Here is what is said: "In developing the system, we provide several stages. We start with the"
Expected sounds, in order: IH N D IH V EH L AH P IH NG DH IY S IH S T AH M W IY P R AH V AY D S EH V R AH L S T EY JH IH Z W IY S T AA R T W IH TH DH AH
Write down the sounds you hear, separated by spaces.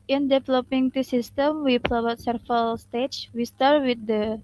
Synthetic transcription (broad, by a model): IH N D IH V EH L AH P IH NG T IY S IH S T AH M W IY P AH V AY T S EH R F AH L S T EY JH W IY S T AA R T W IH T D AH